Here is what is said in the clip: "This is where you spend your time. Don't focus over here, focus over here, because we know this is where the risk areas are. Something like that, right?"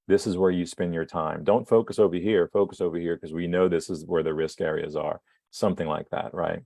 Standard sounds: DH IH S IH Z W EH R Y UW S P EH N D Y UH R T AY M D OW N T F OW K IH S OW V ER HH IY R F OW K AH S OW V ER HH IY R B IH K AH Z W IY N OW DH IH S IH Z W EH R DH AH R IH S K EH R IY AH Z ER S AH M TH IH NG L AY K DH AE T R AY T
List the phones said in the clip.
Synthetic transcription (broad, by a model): DH IH S IH Z W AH R Y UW S P EH N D Y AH R T AY M D OW N T F OW K IH S OW V ER HH IY R F OW K AH S OW V ER HH IY R K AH Z W IY N OW DH IH S IH Z W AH R DH AH R IH S K EH R IY AH Z ER S AH M TH IH NG L AY K DH AE T R AY T